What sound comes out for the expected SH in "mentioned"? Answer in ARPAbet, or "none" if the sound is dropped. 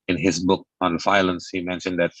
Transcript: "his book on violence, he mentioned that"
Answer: SH